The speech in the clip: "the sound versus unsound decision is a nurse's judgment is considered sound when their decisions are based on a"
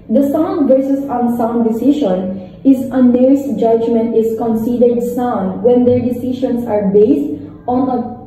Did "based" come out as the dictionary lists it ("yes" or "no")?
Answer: yes